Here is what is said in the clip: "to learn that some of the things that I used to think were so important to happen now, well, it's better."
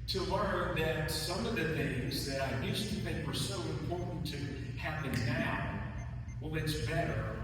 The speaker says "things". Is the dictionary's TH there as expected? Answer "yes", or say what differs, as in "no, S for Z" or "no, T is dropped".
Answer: yes